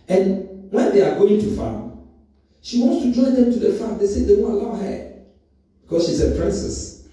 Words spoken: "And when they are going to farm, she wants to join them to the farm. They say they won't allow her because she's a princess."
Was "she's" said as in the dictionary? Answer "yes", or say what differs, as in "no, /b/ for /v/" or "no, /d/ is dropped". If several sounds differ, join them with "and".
no, /s/ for /z/